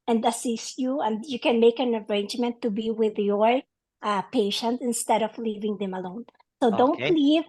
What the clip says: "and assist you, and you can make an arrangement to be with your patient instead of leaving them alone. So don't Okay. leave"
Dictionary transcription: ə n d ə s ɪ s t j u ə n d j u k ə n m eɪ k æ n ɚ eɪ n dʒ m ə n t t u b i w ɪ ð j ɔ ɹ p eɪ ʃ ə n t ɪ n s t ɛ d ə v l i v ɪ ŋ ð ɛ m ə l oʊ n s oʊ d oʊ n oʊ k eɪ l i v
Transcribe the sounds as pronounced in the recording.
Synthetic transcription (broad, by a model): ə n d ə s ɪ s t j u ə n d j u k ə n m eɪ k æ n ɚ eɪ n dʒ m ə n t t u b i w ɪ ð j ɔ ɹ p eɪ ʃ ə n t ɪ n s t ɛ d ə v l i v ɪ ŋ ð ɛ m ə l oʊ n s oʊ d oʊ n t l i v